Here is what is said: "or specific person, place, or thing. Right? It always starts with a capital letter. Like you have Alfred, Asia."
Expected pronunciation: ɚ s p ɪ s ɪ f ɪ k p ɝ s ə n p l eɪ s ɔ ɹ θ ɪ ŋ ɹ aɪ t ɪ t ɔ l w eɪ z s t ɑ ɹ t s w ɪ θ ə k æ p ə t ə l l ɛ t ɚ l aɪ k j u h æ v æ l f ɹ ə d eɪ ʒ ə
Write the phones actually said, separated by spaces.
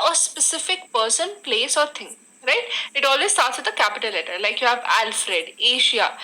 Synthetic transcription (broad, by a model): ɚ s p ɪ s ɪ f ɪ k p ɝ s ə n p l eɪ s ɔ ɹ t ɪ ŋ ɹ aɪ t ɪ t ɔ l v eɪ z s t ɑ ɹ t s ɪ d ə k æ p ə t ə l l ɛ t ɚ l aɪ k j u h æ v æ l f ɹ ə d eɪ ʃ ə